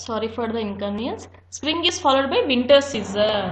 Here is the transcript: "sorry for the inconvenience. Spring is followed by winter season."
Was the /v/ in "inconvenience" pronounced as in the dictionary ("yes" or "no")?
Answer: no